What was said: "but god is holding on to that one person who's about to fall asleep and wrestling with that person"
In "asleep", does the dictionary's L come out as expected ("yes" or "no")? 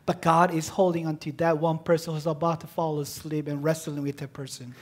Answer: yes